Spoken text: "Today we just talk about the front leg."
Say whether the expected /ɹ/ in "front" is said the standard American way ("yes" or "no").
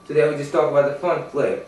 no